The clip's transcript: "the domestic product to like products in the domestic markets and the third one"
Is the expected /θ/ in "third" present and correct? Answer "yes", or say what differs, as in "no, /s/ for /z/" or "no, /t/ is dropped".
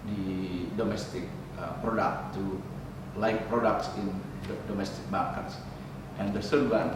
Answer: no, /s/ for /θ/